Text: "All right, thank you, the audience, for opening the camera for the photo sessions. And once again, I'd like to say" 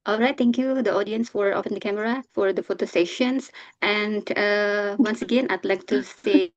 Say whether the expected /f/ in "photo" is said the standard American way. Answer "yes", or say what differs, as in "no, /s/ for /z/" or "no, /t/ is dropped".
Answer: yes